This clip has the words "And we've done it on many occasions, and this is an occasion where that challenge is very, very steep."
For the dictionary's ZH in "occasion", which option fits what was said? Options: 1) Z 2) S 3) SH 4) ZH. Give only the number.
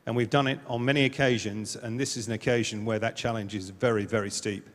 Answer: 4